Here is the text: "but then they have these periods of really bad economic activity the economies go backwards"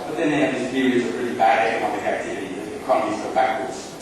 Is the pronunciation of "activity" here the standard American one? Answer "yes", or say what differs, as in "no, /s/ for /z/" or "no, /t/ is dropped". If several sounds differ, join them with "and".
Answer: yes